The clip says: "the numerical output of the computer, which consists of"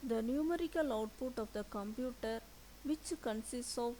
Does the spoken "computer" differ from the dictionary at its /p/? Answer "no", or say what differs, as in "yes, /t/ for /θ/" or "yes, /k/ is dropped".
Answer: no